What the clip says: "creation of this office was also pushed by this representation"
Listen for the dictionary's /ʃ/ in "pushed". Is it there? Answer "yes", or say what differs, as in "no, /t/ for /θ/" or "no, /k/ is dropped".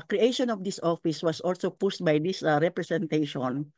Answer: no, /s/ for /ʃ/